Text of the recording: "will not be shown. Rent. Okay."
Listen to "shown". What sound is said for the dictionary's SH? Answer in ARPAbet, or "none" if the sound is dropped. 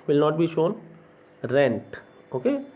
SH